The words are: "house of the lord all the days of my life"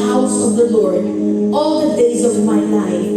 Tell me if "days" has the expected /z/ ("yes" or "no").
yes